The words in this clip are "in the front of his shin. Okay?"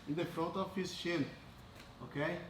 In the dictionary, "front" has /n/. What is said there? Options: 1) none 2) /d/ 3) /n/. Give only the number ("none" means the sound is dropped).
1